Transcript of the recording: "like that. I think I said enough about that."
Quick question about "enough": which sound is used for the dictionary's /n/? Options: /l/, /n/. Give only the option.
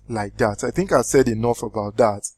/n/